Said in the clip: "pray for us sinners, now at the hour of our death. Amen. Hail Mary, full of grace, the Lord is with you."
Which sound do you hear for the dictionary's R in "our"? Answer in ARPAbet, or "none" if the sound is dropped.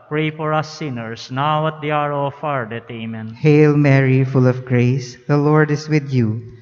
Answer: R